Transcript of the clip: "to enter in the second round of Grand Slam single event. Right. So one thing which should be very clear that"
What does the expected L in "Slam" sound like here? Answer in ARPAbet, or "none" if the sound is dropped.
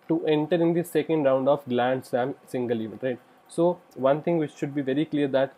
none